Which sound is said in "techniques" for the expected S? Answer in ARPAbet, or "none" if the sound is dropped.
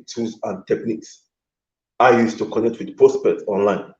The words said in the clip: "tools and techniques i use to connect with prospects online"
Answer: S